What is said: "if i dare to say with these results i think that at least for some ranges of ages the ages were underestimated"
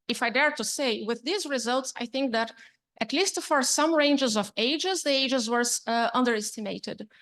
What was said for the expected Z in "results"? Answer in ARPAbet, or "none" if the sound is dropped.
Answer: Z